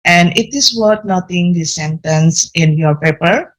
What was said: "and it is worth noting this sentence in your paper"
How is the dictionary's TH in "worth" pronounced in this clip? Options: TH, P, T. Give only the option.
T